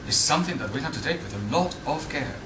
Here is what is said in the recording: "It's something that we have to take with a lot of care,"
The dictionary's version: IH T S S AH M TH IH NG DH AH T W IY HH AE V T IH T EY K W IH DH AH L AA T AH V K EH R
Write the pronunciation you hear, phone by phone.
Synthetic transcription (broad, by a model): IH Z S S AH M TH IH NG DH AH T W IY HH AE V T IH T EY K W IH DH AH L AA T AH V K EH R